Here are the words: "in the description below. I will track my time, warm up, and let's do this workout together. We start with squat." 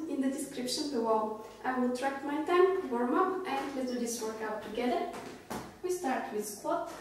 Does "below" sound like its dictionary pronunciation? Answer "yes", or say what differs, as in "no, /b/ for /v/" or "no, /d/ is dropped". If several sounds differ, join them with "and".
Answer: no, /w/ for /l/